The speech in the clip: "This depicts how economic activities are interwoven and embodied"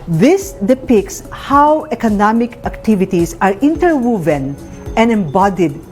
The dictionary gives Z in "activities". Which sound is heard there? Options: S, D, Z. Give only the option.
S